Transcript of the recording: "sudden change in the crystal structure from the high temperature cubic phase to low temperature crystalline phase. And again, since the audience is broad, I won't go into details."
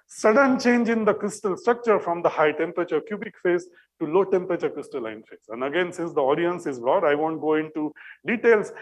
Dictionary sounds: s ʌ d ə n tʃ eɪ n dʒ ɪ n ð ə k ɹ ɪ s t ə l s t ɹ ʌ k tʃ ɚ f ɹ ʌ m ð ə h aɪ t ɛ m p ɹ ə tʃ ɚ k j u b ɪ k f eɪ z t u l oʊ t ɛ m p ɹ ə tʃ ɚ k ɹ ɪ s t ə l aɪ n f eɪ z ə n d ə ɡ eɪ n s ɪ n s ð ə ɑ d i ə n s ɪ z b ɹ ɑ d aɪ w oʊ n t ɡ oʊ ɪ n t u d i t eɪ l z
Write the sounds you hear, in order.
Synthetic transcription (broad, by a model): s ʌ d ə n tʃ eɪ n dʒ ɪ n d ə k ɹ ɪ s t ə l s t ɹ ʌ k tʃ ɚ f ɹ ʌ m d ə h aɪ t ɛ m p ɹ ə tʃ ɚ k j u b ɪ k f eɪ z t u l oʊ t ɛ m p ɹ ə tʃ ɚ k ɹ ɪ s t ə l aɪ n f eɪ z ə n d ə ɡ eɪ n s ɪ n s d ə ɑ d i ə n s ɪ z b ɹ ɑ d aɪ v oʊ n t ɡ oʊ ɪ n t u d i t eɪ l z